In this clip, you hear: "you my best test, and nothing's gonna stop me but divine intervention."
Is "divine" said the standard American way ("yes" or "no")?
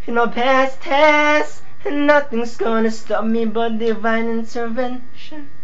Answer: yes